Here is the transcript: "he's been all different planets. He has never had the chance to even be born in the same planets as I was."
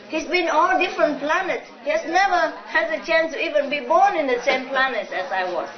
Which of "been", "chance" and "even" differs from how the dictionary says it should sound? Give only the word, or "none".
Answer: none